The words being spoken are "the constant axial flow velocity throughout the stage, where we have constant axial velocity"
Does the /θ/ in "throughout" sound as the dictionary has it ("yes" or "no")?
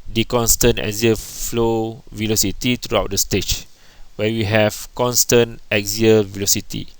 no